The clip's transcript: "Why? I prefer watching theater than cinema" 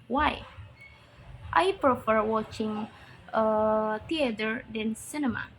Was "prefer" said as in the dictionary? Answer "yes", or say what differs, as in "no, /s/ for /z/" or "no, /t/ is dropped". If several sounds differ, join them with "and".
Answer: yes